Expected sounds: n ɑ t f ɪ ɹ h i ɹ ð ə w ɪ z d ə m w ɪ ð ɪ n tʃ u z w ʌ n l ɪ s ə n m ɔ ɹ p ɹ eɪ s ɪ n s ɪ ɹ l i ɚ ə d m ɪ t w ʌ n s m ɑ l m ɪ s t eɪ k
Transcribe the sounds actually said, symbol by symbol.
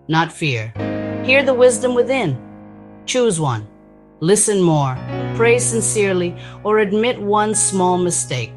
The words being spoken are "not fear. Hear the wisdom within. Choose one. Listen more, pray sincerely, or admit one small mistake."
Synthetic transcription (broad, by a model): n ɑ t f ɪ ɹ h i ɹ ð ə w ɪ z d ə m w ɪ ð ɪ n tʃ u z w ʌ n l ɪ s ə n m ɔ ɹ p ɹ eɪ s ɪ n s ɪ ɹ l i ɚ ə d m ɪ t w ʌ n s m ɑ l m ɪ s t eɪ k